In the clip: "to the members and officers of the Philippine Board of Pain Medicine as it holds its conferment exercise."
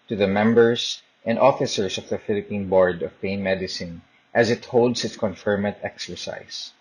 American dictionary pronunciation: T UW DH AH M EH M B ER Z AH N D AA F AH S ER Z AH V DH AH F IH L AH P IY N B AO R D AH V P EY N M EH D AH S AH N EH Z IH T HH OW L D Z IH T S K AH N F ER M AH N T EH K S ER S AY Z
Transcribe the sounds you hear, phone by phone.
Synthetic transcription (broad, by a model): T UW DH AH M EH M B ER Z AH N D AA F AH S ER S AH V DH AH F IH L AH P IY N B AO R D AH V P EY N M EH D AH S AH N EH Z IH T HH OW L D S IH T S K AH N F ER M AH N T EH K S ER S AY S